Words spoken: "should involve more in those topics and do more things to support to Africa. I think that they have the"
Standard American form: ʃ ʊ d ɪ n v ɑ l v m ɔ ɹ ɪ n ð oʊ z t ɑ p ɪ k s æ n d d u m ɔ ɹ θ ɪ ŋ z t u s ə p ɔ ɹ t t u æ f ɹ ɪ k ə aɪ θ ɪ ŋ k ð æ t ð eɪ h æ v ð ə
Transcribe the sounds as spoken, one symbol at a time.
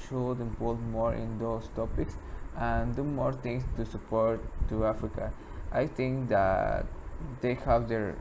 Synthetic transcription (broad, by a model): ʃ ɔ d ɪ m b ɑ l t m ɔ ɹ ɪ n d oʊ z t ɑ p ɪ k s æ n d d u m ɔ ɹ t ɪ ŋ s t u s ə p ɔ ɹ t t u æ f ɹ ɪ k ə aɪ t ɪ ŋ k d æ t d eɪ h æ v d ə